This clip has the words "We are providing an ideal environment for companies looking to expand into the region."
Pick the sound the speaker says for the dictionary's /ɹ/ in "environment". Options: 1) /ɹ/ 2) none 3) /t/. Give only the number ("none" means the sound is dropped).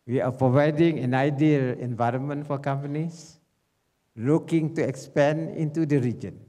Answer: 1